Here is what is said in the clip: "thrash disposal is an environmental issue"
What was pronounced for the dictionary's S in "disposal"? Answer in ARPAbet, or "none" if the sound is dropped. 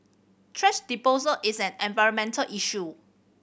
none